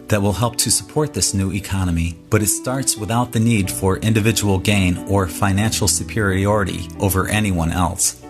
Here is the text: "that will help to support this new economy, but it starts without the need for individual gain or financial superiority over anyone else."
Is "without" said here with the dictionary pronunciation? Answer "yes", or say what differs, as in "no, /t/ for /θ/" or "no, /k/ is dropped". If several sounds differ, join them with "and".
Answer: yes